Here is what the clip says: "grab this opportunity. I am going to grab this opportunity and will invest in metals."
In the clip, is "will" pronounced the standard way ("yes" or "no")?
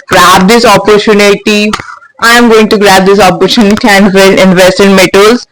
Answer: no